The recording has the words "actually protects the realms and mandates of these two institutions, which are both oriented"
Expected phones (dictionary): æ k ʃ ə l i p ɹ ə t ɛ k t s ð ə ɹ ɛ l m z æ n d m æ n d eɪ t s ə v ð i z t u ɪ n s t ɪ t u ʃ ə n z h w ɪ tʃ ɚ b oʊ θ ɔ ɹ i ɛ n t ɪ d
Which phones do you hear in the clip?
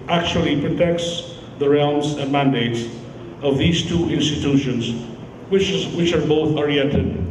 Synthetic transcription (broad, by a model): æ k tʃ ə l i p ɹ ə t ɛ k t s ð ə ɹ ɛ l m z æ n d m æ n d eɪ t s ə v ð i z t u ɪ n s t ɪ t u ʃ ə n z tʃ w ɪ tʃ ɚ b oʊ θ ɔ ɹ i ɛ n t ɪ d